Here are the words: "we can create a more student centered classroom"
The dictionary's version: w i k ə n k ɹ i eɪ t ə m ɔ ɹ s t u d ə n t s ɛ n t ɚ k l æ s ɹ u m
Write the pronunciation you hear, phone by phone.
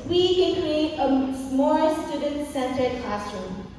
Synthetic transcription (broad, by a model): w i k ə n k ɹ i eɪ t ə m ɔ l s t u d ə n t s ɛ n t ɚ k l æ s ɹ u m